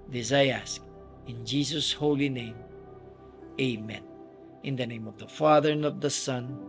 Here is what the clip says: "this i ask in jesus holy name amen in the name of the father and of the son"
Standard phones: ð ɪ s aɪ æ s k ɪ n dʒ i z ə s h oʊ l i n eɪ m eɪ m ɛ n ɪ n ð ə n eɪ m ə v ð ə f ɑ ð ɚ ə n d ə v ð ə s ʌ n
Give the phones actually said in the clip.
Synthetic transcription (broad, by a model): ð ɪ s aɪ æ s k ɪ n dʒ i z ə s h oʊ l i n eɪ m eɪ m ɛ n ɪ n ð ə n eɪ m ə v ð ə f ɑ ð ɚ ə n ə v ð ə s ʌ n